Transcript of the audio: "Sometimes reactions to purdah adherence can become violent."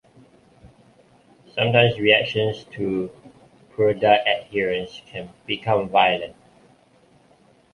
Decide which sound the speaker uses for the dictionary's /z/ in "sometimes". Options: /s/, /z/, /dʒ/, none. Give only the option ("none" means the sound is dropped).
/s/